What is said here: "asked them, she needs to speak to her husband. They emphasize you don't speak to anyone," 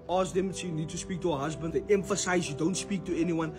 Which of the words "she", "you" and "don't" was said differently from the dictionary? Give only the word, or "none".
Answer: she